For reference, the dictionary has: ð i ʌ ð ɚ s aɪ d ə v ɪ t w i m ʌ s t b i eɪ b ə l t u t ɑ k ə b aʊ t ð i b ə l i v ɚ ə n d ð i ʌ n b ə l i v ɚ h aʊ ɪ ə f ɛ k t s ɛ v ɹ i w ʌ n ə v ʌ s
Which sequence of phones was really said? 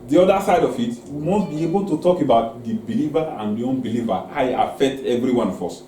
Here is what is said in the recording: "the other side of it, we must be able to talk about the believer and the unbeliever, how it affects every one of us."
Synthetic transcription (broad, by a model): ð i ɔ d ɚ s aɪ d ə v ɪ t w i m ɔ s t b i eɪ b ə l t u t ɑ k ə b aʊ t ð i b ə l i v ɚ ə n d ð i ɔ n b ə l i v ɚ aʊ ɪ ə f ɛ k t ɛ v ɹ i w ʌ n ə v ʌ s